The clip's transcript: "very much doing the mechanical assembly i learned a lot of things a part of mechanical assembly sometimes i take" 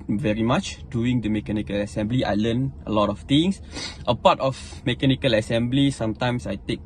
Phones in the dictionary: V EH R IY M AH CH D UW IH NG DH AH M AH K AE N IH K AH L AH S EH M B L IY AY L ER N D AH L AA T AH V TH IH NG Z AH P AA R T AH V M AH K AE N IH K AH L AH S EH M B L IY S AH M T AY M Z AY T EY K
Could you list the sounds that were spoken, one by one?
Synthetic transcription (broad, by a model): V EH R IY M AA CH D UW IH NG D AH M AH K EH N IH K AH L AH S EH M B L IY AY L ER N AH L AA T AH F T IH NG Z AH P AA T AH F M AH K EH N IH K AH L AH S EH M B L IY S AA M T AY M S AY T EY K